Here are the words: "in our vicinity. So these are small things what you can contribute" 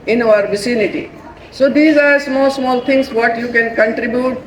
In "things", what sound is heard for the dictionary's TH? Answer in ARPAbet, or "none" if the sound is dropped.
S